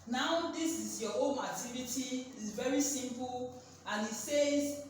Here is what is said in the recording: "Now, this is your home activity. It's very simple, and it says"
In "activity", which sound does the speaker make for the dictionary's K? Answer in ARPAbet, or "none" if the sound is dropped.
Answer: none